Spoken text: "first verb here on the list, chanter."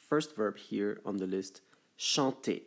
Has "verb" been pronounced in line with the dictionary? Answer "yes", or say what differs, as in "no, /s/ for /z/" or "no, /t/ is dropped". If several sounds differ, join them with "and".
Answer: yes